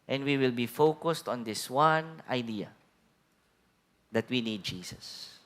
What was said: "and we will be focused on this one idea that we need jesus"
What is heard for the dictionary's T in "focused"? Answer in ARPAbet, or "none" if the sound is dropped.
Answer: T